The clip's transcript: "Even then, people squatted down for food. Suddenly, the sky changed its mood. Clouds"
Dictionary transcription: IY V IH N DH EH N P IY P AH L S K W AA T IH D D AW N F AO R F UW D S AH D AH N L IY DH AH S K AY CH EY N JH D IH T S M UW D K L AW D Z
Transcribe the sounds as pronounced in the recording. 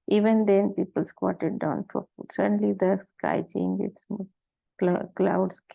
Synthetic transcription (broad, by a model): IY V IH N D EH N P IY P AH L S K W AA T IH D D AW N F AO R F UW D S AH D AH N L IY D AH S K AY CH EY N JH IH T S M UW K K L AW D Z